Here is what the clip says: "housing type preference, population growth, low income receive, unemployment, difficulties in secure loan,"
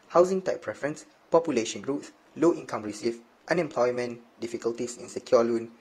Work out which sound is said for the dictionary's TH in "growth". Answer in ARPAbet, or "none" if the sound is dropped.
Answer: S